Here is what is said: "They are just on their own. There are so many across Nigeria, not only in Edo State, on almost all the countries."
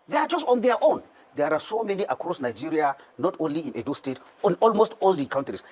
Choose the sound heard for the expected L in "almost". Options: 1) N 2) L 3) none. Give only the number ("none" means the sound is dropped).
2